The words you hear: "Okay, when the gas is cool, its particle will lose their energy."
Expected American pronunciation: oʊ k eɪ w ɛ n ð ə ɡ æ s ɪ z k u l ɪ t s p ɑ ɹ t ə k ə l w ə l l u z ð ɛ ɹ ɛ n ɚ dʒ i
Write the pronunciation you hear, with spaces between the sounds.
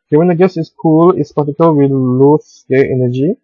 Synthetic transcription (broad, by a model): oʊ k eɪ w ɛ n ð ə ɡ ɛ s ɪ s k u l ɪ t s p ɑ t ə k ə l w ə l l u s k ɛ l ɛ n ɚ dʒ i